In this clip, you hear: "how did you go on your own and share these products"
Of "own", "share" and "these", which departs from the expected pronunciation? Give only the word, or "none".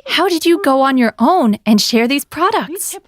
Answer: none